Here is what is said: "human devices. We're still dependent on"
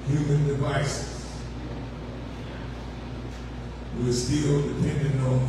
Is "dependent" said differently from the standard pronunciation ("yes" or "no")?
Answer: yes